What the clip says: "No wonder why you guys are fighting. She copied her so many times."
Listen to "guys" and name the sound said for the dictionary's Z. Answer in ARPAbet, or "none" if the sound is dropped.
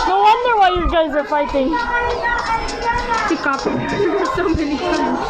Z